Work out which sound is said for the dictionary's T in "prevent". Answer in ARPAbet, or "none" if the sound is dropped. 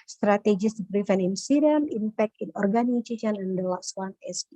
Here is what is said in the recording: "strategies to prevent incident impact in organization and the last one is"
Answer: none